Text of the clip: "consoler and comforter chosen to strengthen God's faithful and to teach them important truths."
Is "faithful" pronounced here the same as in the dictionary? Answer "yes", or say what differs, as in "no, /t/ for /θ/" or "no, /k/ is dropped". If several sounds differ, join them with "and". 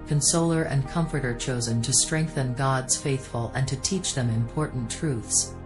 yes